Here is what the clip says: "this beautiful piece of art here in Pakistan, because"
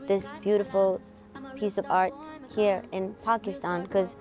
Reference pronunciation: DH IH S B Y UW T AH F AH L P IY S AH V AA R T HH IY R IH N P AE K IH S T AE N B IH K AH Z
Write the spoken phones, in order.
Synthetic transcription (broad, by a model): DH IH S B Y UW T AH F L P IY S AH V AA R T HH IY R IH N P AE K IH S T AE N K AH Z